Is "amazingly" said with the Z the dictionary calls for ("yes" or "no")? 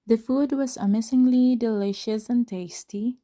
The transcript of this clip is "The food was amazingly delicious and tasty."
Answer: no